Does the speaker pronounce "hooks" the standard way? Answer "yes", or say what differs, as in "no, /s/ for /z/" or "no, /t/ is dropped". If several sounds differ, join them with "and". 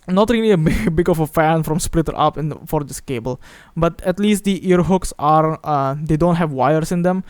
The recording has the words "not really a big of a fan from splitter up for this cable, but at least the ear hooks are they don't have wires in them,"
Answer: yes